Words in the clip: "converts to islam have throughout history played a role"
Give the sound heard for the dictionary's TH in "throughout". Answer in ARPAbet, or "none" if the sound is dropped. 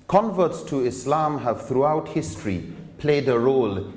TH